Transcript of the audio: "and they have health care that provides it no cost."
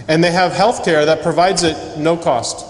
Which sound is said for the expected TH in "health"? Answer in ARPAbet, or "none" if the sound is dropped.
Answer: TH